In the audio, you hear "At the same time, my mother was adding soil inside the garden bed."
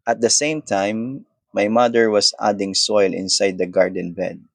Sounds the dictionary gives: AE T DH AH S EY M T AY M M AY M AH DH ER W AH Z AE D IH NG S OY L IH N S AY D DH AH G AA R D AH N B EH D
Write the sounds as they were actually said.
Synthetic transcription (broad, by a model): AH T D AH S EY M T AY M M AY M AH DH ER W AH S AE D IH NG S OY L IH N S AY D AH G AA R D AH N B EH D